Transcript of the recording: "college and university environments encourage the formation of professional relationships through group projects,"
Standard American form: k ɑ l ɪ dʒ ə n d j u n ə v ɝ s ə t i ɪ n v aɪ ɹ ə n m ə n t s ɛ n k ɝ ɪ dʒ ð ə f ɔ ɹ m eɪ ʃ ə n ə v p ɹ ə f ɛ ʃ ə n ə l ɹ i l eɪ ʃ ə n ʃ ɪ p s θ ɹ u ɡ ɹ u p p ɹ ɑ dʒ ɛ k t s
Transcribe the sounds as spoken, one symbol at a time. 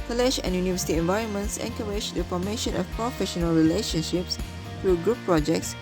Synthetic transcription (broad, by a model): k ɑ l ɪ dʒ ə n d j u n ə v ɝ s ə t i ɪ n v aɪ ɹ ə n m ə n t s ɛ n k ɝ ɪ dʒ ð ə f ɔ m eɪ ʃ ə n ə f p ɹ ə f ɛ ʃ ə n ə l ɹ i l eɪ ʃ ə n ʃ ɪ p s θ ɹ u ɡ ɹ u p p ɹ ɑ dʒ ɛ k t s